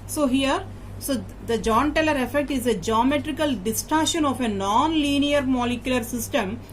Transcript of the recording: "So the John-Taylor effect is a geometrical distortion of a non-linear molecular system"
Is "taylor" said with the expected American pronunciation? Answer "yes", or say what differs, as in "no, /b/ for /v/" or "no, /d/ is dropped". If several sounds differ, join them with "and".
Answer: yes